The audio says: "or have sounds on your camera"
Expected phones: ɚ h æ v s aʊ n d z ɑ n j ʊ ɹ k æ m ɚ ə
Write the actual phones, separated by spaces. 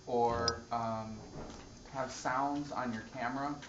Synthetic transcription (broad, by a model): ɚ h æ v s aʊ n d z n j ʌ ɹ k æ m ɚ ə